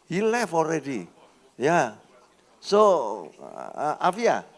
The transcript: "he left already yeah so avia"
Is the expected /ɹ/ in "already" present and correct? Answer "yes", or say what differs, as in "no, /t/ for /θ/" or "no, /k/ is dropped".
yes